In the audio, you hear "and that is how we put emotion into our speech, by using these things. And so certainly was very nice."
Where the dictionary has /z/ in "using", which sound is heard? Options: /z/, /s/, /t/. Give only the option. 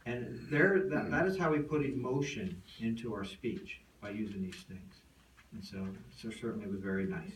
/z/